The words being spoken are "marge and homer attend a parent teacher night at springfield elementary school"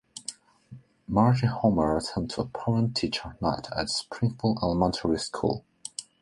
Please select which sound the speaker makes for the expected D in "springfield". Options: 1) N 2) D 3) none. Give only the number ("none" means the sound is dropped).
3